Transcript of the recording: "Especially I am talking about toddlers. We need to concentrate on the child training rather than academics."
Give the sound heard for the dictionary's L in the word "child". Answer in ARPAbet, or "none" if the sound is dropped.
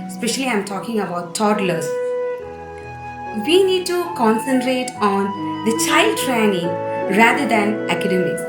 L